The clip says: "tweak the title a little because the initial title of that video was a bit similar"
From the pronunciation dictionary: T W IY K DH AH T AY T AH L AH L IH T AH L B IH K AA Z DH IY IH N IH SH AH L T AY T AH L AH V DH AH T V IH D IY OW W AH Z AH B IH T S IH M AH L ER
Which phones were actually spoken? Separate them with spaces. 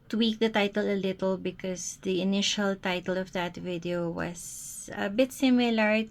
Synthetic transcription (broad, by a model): T W IY K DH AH T AY T AH L AH L IH T AH L B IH K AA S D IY IH N IH SH AH L T AY T AH L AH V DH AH T V IH D IY OW W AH S AH B IH T S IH M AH L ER